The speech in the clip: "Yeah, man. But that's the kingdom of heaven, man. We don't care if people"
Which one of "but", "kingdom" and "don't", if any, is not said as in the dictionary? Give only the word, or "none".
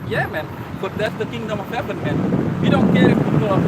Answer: none